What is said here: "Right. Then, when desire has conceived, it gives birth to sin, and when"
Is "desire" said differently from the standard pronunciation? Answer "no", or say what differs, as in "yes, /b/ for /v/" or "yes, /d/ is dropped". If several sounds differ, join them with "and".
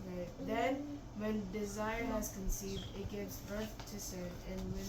no